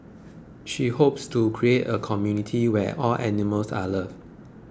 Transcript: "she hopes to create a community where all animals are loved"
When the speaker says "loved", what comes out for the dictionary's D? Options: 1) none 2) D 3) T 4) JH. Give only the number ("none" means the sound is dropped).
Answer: 1